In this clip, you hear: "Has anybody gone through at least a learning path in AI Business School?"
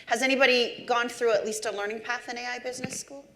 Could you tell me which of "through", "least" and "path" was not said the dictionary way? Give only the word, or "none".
none